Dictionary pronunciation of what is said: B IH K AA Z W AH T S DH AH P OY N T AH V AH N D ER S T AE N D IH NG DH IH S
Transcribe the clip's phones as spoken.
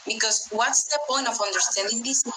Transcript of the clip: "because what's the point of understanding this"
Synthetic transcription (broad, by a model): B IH K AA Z W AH T S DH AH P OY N AH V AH N D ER S T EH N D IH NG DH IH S